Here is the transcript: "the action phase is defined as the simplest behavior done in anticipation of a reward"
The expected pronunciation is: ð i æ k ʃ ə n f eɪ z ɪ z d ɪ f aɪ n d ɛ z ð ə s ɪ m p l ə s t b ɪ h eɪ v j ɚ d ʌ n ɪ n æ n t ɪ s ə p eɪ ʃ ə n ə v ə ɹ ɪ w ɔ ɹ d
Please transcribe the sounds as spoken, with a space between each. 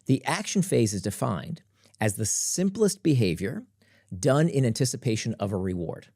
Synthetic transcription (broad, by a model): ð i æ k ʃ n f eɪ z ɪ z d ɪ f aɪ n d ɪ z ð ə s ɪ m p l ə s t b ɪ h eɪ v j ɚ d ʌ n ɪ n æ n t ɪ s ə p eɪ ʃ ə n ə v ə ɹ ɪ w ɔ ɹ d